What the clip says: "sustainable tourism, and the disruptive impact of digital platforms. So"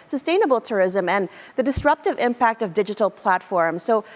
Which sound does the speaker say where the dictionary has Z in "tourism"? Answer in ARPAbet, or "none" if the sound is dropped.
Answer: Z